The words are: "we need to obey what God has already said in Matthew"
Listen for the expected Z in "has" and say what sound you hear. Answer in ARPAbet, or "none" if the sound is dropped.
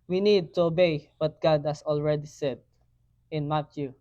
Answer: S